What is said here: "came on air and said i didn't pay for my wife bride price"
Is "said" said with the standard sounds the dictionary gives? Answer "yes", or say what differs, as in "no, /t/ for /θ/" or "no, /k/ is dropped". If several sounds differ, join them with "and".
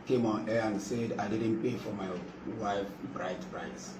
yes